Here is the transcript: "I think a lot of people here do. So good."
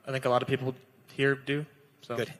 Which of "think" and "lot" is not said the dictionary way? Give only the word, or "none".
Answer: none